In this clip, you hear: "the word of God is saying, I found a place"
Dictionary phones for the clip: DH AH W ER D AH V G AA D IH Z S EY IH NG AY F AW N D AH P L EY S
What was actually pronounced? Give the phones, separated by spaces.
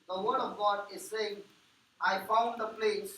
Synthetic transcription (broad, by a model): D AH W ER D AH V G AA D IH Z S EY IH NG AY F AW N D AH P L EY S